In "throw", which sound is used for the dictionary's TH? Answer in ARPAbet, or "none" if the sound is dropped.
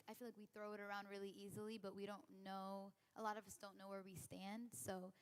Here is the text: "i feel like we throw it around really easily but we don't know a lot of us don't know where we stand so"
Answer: TH